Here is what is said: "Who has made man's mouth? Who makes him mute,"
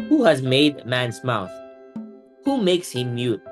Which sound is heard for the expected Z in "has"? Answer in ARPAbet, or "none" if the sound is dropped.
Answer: Z